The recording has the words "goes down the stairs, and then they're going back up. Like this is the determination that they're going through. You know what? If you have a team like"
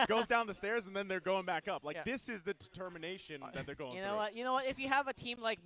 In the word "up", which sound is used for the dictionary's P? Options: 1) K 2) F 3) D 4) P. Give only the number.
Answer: 4